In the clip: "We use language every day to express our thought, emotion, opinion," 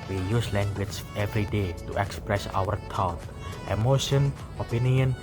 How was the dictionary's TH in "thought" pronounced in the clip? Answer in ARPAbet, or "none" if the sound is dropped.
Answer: T